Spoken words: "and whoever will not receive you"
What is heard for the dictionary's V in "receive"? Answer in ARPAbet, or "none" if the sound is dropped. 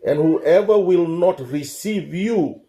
V